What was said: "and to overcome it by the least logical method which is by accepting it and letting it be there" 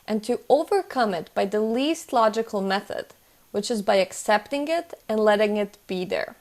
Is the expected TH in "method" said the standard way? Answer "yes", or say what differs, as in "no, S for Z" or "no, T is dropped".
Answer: yes